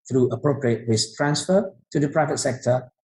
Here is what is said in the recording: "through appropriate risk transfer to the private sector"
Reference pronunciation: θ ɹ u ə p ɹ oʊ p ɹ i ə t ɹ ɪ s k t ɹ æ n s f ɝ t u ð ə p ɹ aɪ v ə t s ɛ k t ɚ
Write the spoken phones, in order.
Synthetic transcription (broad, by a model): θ ɹ u ə p ɹ oʊ p ɹ i ə t w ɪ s t ɹ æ n s f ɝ t u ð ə p ɹ aɪ v ə t s ɛ k t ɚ